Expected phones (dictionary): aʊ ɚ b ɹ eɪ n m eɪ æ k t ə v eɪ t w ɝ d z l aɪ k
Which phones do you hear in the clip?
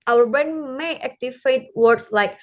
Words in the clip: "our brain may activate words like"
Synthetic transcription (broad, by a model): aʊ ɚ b ɹ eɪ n m eɪ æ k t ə f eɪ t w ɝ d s l aɪ k